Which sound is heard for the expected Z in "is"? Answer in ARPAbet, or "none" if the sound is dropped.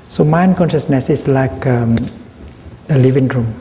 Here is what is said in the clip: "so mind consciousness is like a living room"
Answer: S